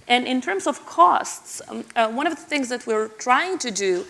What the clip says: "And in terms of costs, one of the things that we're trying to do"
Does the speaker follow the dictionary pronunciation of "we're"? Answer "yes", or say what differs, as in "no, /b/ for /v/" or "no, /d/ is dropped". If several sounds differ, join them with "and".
yes